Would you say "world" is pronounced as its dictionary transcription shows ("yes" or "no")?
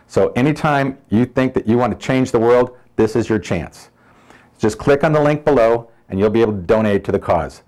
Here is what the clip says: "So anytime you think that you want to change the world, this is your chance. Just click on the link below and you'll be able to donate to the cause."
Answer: yes